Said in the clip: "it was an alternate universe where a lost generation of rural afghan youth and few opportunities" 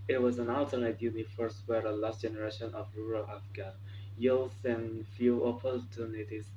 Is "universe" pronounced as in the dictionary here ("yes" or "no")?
no